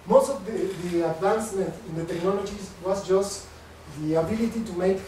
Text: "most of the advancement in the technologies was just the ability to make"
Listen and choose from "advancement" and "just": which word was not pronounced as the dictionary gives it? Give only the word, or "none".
advancement